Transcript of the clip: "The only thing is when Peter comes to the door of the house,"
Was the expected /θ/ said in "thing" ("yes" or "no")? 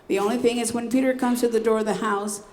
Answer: yes